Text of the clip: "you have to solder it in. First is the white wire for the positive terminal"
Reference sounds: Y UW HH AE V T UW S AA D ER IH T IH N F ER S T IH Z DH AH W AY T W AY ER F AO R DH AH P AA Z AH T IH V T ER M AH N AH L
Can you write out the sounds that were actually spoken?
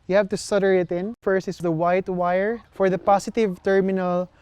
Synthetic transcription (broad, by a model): Y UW HH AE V T UW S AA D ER IH T IH N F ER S IH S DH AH W AY T W AY ER F AO R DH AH P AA S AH T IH V T ER M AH N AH L